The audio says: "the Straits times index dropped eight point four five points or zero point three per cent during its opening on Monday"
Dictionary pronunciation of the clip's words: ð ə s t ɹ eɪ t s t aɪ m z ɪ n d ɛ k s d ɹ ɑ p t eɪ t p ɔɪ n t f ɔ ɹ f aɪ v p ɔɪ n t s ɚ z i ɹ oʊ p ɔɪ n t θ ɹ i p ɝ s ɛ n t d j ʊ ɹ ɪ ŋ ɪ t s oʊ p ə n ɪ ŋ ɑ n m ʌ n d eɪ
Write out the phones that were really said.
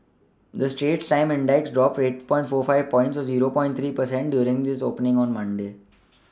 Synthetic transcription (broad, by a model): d ə s t eɪ t s t aɪ m ɪ n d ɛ k s d ɹ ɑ p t eɪ t p ɔɪ n t f ɔ ɹ f aɪ v p ɔɪ n t s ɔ z i ɹ oʊ p ɔɪ n t ɹ i p ɝ s ɛ n t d j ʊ ɹ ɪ ŋ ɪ s oʊ p ə n ɪ ŋ ɑ n m ʌ n d eɪ